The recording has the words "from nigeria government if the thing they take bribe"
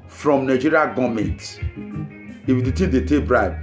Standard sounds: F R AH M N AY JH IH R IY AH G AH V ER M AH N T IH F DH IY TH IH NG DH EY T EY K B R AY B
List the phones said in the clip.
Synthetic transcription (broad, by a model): F R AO M N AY JH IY R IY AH G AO M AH N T IH F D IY T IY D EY T EY K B R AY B